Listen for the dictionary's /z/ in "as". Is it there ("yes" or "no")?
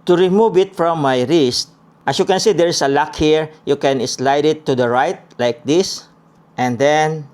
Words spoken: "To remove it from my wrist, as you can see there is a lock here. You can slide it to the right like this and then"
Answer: no